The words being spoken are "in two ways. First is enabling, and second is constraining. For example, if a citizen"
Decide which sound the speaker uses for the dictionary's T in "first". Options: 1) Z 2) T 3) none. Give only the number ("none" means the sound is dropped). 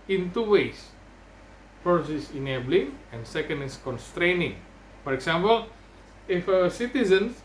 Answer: 3